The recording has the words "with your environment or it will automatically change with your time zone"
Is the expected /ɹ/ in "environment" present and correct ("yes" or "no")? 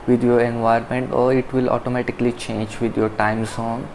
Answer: no